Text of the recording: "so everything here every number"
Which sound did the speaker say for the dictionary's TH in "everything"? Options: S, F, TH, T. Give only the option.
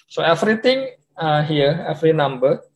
T